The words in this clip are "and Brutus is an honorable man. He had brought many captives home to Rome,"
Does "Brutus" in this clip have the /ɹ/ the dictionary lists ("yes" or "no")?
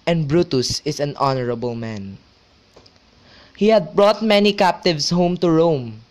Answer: yes